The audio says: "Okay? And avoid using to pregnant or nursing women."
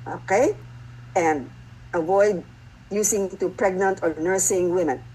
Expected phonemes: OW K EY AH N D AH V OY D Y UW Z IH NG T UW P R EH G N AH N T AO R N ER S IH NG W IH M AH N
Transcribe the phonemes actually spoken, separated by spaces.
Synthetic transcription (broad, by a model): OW K EY AH N D AH V OY D Y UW S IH NG T UW P R EH G N AH N T AO R N ER S IH NG W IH M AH N